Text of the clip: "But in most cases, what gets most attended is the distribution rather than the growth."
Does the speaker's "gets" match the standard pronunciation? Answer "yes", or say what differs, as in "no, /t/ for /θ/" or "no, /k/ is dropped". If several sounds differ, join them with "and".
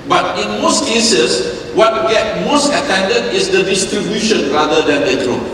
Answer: no, /s/ is dropped